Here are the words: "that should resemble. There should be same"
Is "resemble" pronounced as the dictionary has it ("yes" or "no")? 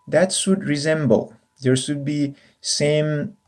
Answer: yes